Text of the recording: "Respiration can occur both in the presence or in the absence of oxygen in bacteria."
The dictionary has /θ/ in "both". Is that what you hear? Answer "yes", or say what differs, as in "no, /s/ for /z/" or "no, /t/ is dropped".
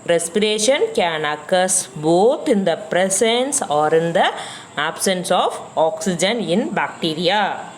no, /t/ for /θ/